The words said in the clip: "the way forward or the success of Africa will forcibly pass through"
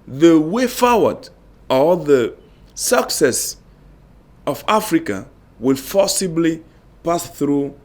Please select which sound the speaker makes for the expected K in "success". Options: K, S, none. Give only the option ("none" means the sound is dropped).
K